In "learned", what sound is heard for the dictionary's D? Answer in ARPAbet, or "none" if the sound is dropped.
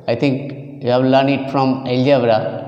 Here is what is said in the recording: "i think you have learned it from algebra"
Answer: none